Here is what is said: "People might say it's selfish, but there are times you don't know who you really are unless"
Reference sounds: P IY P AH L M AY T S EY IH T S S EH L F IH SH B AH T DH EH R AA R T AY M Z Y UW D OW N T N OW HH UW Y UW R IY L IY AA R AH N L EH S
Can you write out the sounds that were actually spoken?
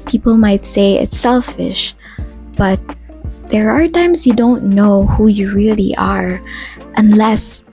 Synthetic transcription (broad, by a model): P IY P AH L M AY T S EY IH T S S EH L F IH SH B AH T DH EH R AA R T AY M S Y UW D OW N T N OW HH UW Y UW R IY L IY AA R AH N L EH S